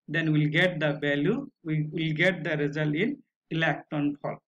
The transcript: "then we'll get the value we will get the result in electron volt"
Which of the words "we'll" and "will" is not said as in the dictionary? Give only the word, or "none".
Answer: none